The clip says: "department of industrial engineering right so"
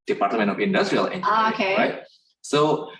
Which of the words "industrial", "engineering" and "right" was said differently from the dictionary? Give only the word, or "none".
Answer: engineering